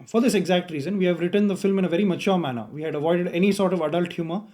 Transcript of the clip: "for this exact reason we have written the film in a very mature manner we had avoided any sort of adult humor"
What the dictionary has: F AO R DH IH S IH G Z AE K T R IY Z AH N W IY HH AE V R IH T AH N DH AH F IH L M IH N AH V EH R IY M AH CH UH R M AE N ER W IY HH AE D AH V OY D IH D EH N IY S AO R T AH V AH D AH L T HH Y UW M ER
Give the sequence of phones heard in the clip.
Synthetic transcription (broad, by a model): F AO R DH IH S IH G Z AE K T R IY Z AH N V IY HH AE V R IH T AH N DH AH F IH L M IH N AH V EH R IY M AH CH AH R M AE N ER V IY HH AE D AH V OY D IH D EH N IY S AO R T AH V AH D AH L T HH Y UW M ER